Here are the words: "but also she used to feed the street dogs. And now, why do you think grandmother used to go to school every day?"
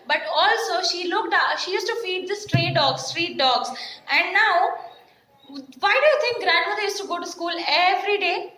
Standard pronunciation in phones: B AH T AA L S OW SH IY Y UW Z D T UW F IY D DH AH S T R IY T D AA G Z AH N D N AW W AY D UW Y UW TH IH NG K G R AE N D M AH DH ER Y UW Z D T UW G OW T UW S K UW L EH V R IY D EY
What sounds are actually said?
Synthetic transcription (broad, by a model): B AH T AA L S OW SH IY Y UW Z T UW F IY D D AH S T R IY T D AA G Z AH N D N AW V AY D UW Y UW T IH NG K G R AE N D M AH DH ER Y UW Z T UW G OW T UW S K UW L EH V R IY D EY